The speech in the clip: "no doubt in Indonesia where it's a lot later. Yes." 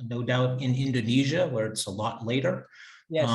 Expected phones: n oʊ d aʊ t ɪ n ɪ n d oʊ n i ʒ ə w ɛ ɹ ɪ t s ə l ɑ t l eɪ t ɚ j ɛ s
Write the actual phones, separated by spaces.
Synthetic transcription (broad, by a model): n oʊ d aʊ t ɪ n ɪ n d oʊ n i ʒ ə w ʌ ɹ ɪ t s ə l ɑ t l eɪ t ɚ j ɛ